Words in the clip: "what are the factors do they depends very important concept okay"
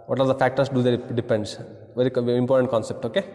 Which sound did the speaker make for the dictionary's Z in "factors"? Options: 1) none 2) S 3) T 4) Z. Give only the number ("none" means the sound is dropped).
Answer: 2